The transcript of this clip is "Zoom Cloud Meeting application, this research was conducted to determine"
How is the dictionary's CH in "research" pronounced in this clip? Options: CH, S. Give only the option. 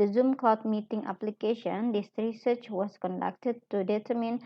CH